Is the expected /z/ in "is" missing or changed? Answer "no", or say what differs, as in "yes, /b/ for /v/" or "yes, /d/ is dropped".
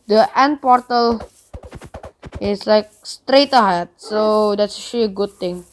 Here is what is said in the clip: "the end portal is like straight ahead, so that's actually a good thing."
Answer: yes, /s/ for /z/